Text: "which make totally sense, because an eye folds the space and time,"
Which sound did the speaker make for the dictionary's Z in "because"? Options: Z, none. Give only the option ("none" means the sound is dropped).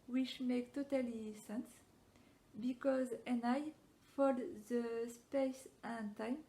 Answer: Z